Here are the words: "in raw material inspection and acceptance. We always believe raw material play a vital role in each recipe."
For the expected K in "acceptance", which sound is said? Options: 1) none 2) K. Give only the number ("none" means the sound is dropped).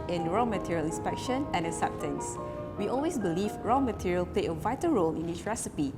1